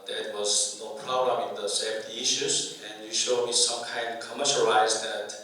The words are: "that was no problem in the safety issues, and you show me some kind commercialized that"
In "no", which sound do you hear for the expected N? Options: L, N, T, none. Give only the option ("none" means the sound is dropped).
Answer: N